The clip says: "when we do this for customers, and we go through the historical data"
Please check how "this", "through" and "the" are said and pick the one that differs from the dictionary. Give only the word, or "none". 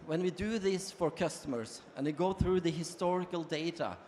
none